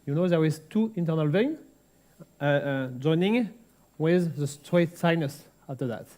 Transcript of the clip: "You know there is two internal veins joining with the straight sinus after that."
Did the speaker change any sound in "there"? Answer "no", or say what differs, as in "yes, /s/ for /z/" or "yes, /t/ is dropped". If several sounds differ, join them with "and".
yes, /w/ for /ɹ/